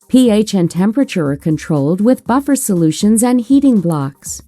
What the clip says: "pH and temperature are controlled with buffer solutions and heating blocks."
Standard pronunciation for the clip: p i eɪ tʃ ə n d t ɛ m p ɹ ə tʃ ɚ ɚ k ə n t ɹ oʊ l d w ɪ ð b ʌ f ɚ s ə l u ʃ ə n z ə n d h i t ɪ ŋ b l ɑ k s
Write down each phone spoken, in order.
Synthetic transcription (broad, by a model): p i eɪ tʃ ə n t ɛ m p ɹ ə tʃ ɚ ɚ k ə n t ɹ oʊ l d w ɪ ð b ʌ f ɚ s ə l u ʃ ə n z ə n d h i t ɪ ŋ b l ɑ k s